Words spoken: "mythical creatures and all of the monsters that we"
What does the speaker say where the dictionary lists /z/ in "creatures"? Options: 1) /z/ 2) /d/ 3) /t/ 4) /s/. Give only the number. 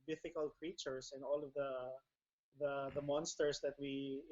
4